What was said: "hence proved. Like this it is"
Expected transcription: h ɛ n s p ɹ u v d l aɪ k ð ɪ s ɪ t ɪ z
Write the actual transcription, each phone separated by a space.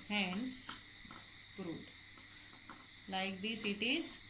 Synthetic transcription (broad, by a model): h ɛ n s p ɹ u d l aɪ k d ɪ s ɪ t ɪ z